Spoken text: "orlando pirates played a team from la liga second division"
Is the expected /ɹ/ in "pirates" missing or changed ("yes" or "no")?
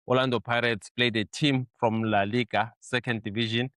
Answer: no